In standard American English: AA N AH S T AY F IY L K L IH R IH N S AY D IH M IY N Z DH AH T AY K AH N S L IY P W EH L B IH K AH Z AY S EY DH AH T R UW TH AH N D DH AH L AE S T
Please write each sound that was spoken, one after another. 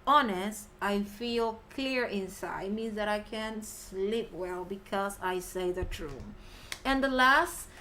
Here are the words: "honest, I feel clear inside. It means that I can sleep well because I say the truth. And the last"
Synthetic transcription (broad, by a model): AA N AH S T AY F IY L K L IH R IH N S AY IH M IY N Z DH AH T AY K AH N S L IY P W EH L B IH K AH Z AY S EY DH AH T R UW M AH N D DH AH L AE S T